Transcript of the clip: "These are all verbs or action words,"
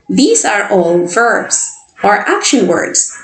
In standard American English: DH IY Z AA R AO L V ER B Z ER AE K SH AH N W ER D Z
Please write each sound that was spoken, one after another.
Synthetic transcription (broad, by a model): DH IY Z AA R AO N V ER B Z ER AE K SH AH N W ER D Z